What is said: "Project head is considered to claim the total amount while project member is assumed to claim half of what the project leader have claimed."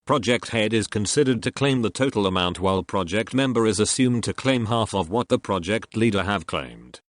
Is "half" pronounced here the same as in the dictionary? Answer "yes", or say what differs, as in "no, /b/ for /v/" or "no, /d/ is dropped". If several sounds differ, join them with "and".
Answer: yes